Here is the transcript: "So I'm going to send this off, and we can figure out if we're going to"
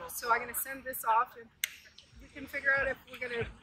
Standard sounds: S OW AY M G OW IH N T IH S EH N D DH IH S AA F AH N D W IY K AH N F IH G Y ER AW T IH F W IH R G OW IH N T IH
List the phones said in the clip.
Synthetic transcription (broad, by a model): S OW AY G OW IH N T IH S EH N DH IH S AA F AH N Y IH K AH N F IH G Y ER AW T IH F W IH R G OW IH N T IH